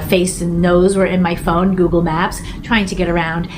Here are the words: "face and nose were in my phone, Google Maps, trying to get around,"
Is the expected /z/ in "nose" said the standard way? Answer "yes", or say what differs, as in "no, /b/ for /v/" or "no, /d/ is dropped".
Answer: yes